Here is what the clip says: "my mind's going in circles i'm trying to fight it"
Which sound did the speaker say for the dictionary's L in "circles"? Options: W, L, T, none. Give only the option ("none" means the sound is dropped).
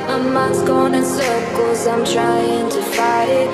none